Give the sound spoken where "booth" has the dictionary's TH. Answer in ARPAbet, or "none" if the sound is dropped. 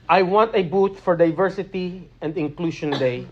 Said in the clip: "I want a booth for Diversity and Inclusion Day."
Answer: T